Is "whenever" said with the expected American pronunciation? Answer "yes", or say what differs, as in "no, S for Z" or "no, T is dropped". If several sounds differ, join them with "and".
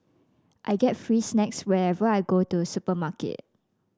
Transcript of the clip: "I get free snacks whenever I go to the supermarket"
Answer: no, N is dropped